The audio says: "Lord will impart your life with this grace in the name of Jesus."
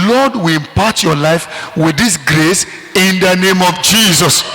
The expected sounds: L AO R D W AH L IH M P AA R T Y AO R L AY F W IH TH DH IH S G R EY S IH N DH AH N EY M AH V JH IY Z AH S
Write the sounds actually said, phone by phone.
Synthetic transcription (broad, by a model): L AO D W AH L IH M P AA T Y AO L AY F W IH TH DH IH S G R EY S IH N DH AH N EY M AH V JH IY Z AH S